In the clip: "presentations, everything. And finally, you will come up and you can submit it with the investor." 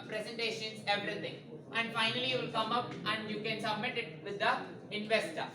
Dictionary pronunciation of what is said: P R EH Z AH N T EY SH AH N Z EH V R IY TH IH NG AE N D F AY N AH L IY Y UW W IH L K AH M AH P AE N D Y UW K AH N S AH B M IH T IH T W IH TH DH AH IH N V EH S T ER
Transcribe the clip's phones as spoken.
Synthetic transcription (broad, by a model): P R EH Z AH N T EY SH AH N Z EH V R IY T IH NG AE N D F AY N AH L IY Y UW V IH L K AH M AH P AE N D Y UW K AH N S AH B M IH T IH T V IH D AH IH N V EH S T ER